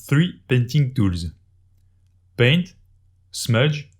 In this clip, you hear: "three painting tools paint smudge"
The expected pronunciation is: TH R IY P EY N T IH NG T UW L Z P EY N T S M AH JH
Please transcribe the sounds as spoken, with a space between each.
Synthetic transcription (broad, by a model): TH R IY P EY N T IH NG T UW L Z P EY N T S M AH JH